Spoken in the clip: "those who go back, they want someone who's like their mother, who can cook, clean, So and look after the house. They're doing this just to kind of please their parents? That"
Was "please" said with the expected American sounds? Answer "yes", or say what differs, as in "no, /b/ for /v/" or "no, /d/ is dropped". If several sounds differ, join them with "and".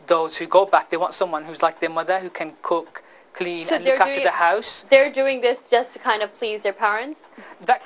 yes